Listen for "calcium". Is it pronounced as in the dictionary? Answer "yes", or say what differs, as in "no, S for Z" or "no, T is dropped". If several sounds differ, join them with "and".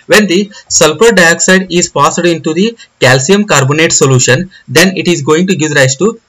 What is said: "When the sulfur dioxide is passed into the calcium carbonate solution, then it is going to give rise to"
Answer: yes